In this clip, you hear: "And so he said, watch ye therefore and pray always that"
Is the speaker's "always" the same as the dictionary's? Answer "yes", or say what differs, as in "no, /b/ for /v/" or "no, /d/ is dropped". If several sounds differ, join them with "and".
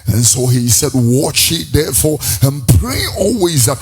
yes